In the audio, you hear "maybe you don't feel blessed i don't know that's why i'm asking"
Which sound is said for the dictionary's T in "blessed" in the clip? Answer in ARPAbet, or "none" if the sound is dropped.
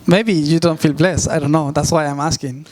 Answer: none